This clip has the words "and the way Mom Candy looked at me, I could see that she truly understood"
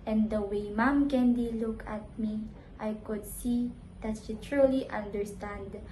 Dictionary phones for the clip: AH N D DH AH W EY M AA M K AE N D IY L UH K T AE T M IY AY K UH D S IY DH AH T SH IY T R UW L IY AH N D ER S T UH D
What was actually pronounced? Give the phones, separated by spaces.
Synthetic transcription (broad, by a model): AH N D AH W EY M AA M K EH N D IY L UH K AE T M IY AY K UH D S IY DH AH T SH IY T R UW L IY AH N D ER S T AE D